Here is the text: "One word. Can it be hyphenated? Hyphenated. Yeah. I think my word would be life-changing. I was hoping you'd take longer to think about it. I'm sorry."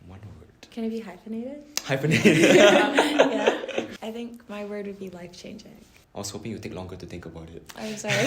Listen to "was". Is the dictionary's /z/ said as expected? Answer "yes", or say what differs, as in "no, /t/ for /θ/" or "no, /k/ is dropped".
no, /s/ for /z/